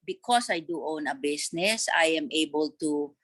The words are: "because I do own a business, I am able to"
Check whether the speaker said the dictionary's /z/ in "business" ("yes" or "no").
no